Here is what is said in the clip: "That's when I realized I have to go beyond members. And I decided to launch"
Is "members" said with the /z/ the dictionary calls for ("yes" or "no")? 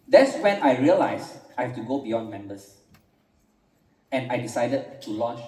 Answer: no